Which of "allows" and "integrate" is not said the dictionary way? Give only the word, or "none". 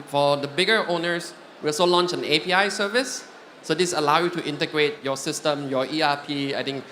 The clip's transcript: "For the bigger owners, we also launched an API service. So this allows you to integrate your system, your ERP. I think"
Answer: allows